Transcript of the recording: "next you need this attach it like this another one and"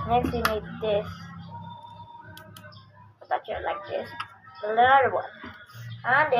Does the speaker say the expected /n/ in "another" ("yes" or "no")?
no